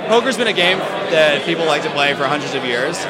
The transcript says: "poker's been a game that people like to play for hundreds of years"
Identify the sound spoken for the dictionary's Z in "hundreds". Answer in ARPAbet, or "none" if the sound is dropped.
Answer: Z